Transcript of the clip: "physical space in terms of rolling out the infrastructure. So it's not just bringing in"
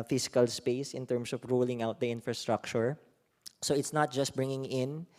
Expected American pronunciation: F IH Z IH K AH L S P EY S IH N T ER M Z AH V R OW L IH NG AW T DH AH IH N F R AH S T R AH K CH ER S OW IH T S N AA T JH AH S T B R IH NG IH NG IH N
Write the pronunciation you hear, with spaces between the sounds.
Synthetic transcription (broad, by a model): F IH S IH K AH L S P EY S IH N T ER M S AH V R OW L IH NG AW T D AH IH N F R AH S T R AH K CH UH S OW IH T S N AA T JH AH S T B R IH NG IH NG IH N